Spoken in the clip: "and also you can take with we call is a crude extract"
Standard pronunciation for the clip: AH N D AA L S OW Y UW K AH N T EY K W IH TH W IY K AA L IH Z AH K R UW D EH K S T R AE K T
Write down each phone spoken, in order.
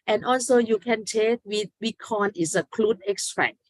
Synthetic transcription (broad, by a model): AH N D AA L S OW Y UW K AH N T EY K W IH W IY K AA N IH S AH K L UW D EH K S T R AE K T